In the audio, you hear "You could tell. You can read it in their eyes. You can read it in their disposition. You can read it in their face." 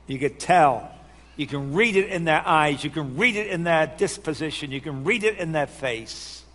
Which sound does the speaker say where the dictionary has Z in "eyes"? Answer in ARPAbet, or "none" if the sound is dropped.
Z